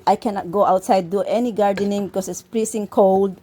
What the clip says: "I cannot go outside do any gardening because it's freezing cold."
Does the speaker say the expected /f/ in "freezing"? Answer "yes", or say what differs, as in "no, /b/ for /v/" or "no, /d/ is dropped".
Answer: no, /p/ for /f/